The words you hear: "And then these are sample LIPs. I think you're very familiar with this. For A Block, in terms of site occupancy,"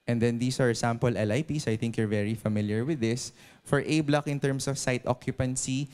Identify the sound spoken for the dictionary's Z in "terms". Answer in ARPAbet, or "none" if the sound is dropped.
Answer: S